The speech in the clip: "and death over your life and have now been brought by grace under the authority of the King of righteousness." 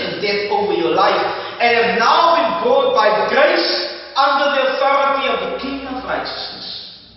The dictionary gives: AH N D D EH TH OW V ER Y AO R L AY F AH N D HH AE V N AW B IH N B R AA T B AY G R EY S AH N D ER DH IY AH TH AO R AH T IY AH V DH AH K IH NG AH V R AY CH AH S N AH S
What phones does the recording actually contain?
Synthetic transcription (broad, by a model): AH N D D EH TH OW V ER Y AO L AY F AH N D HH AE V N AW B IH N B AA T B AY G R EY S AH N D ER DH IY AH TH AO R AH T IY AH V DH AH K IH NG AH V R AY CH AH S N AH S